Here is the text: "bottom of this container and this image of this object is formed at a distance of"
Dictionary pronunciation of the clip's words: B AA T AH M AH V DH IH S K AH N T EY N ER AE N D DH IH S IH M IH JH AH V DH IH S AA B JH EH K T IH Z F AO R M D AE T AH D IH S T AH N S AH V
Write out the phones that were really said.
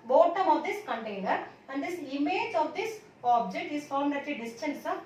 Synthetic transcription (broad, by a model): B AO T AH M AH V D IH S K AH N T EY N ER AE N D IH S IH M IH JH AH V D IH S AA B JH EH K T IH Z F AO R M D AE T AH D IH S T AH N S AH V